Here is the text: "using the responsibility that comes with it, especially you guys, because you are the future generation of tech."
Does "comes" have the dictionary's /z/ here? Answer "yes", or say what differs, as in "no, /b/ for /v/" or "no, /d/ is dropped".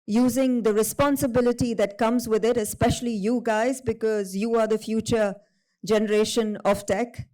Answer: yes